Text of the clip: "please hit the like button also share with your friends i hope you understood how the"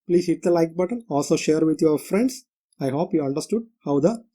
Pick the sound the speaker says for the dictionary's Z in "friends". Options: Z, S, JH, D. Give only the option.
S